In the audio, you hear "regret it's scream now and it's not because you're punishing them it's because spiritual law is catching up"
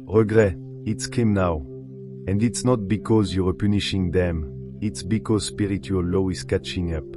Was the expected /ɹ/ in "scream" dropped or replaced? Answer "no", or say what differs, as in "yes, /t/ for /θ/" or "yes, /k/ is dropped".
yes, /ɹ/ is dropped